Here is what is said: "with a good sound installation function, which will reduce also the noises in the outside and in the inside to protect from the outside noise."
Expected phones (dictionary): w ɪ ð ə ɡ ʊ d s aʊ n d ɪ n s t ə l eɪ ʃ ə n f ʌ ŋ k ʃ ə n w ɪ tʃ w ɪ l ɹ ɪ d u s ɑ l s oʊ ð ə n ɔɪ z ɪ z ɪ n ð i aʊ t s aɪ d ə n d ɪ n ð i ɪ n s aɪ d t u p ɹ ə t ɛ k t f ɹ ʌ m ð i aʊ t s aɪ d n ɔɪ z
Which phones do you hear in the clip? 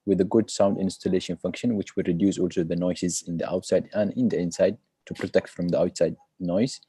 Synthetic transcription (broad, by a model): w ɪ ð ə ɡ ʊ d s aʊ n d ɪ n s t ə l eɪ ʃ ə n f ʌ ŋ k ʃ ə n w ɪ tʃ w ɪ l ɹ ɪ d u s ɑ l s oʊ ð ə n ɔɪ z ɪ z ɪ n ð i aʊ t s aɪ d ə n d ɪ n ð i ɪ n s aɪ d t u p ɹ ə t ɛ k t f ɹ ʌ m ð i aʊ t s aɪ d n ɔɪ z